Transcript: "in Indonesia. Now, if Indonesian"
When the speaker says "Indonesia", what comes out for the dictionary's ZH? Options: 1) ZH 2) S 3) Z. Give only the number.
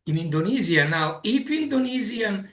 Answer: 3